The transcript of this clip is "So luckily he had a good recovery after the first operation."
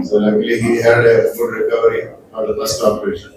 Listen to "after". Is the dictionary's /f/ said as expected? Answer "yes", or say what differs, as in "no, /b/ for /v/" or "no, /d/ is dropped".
no, /f/ is dropped